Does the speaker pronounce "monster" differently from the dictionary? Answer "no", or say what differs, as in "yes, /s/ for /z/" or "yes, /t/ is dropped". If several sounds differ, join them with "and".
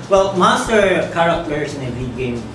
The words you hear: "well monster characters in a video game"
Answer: yes, /n/ is dropped